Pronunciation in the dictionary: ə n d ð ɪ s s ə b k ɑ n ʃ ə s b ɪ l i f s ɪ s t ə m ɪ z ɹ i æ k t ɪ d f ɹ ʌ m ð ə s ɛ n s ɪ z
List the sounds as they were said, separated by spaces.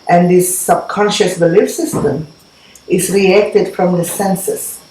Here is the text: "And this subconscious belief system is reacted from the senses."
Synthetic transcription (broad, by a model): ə n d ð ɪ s s ə b k ɑ n ʃ ə s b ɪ l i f s ɪ s t ə m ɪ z ɹ i æ k t ɪ d f ɹ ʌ m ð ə s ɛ n s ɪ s